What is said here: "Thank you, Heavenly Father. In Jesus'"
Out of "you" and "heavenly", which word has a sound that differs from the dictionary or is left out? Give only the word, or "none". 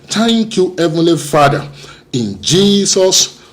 none